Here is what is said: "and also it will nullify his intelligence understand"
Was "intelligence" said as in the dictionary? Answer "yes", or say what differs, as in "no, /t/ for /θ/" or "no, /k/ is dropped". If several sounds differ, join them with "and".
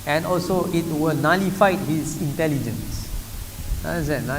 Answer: yes